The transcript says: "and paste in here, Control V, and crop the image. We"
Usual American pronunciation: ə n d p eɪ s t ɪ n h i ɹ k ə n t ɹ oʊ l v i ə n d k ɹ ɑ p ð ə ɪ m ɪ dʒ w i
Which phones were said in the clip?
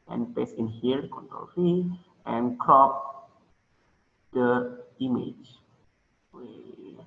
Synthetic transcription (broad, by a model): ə n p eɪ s ɪ n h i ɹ k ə n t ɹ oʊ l f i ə n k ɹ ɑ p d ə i m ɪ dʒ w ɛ